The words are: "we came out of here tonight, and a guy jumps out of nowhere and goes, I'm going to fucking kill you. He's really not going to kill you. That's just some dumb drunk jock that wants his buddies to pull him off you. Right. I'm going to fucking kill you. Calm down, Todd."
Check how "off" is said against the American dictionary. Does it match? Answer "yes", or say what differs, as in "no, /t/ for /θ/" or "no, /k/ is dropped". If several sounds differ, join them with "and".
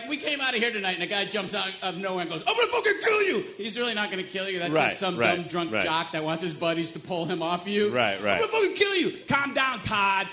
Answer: yes